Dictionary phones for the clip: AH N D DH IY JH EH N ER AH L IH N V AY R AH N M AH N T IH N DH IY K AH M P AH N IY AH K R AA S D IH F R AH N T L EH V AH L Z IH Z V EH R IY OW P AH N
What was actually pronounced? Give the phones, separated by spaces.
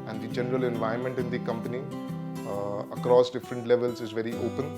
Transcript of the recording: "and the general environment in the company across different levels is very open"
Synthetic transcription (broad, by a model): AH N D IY JH EH N ER AH L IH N V AY AH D M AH N T IH N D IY K AH M P AH N IY AH K R AA S D IH F R AH N T L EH V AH L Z IH Z V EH R IY OW P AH N